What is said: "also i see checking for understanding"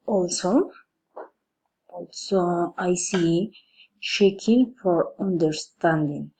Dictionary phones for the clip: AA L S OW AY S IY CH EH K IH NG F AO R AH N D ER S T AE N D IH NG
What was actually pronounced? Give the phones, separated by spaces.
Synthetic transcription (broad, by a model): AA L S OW AY S IY SH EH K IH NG F AO R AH N D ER S T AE N D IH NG